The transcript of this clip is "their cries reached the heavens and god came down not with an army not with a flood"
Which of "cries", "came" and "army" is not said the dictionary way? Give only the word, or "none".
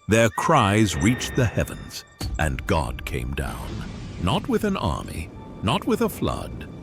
none